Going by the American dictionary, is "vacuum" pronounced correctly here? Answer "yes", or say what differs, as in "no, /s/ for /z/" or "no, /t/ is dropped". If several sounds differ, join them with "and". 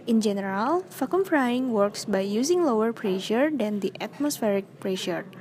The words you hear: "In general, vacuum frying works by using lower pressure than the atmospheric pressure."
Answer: no, /f/ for /v/